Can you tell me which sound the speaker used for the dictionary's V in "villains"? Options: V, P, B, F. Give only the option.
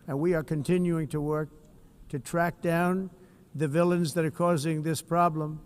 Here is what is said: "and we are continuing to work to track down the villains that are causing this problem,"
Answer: V